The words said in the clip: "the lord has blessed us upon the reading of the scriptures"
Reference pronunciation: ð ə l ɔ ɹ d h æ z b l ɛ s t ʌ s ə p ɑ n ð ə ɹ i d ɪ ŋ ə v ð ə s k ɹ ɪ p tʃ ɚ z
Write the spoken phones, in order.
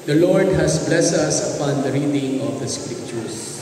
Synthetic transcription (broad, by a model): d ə l ɔ ɹ d h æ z b l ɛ s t ʌ s ə p ɑ n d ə ɹ i d ɪ ŋ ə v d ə s k ɹ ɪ p tʃ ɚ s